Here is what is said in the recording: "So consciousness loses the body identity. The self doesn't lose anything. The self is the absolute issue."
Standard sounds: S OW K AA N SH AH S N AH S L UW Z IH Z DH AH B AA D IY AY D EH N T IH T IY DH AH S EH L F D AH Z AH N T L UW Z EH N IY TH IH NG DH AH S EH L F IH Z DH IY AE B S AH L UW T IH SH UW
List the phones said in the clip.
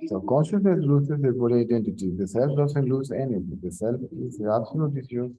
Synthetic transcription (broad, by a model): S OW K AA N SH AH S N AH S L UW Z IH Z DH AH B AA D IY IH D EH N T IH T IY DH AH S EH L F D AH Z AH N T L UW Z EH N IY T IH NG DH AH S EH L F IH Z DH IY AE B S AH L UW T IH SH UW